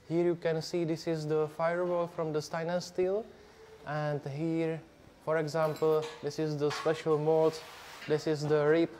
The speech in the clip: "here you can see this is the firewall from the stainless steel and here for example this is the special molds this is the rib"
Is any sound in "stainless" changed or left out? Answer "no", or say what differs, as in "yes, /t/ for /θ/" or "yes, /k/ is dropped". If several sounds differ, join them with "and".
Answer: yes, /l/ is dropped